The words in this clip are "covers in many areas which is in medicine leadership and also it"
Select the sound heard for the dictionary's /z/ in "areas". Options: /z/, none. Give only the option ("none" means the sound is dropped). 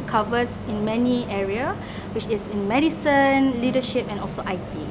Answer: none